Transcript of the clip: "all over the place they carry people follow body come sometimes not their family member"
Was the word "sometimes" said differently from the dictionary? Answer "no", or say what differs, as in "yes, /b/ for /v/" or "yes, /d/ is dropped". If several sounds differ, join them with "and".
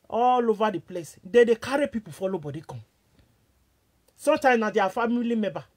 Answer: yes, /z/ is dropped